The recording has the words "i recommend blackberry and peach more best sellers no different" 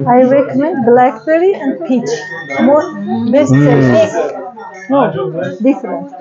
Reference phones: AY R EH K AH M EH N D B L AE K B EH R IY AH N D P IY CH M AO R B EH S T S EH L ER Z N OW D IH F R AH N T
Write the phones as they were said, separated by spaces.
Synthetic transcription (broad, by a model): AY R EH K AH M EH N D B L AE K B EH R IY AH N D P IY CH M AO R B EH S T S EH ER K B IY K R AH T